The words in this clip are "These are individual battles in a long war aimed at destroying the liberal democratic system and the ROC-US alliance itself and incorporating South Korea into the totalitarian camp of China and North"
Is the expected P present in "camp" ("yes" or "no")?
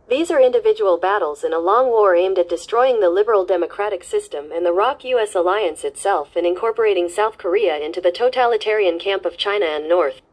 yes